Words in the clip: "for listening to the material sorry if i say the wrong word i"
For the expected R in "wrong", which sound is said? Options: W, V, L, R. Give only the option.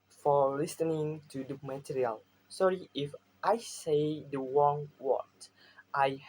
W